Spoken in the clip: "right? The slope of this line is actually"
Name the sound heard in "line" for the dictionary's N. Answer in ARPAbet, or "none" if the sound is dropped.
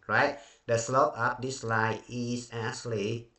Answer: none